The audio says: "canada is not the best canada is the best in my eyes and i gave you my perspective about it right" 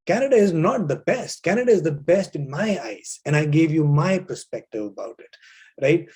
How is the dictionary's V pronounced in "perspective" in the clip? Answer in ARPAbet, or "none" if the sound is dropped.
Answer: V